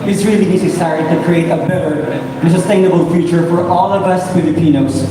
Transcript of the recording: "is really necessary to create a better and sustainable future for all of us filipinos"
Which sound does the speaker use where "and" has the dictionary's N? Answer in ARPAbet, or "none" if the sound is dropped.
L